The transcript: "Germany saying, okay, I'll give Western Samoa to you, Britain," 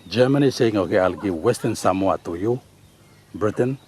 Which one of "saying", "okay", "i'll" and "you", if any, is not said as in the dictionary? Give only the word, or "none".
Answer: none